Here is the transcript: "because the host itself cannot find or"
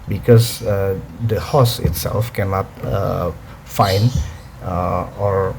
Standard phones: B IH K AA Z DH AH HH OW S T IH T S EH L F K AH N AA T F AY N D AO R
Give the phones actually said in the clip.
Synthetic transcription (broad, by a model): B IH K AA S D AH HH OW S IH T S EH L F K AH N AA T F AY N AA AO R